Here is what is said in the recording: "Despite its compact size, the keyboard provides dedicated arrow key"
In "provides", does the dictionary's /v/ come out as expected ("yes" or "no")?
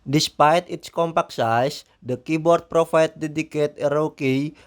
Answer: no